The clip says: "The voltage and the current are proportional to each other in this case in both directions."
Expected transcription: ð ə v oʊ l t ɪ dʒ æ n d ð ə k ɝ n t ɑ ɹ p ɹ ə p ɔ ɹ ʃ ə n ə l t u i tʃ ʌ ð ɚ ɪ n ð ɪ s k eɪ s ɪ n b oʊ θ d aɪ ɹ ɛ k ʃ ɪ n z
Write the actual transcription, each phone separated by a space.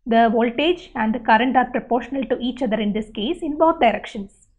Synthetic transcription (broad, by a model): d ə v oʊ l t ɪ dʒ æ n d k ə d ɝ n t ɑ ɹ p ɹ ə p ɔ ɹ ʃ ə n ə l t u i tʃ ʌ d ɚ ɪ n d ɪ s k eɪ s ɪ n b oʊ t d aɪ ɹ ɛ k ʃ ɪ n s